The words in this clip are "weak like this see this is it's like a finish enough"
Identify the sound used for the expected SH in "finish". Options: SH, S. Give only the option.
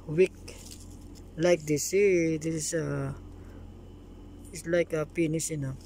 S